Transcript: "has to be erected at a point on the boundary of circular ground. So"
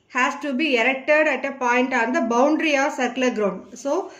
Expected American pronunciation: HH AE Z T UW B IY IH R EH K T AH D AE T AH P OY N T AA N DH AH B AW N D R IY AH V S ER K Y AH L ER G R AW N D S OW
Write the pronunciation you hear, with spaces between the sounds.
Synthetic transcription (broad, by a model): HH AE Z T UW B IY IH R EH K T AH D AE T AH P OY N T AA N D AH B AW N D R IY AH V S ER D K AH L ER G R AW N D S OW